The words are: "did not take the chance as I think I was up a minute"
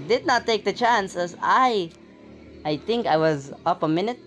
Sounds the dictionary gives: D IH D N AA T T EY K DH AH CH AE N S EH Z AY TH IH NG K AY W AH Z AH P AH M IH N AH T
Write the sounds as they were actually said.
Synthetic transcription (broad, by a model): D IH D N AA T T EY K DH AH CH AE N S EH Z AY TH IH NG K AY W AH Z AH P AH M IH N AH T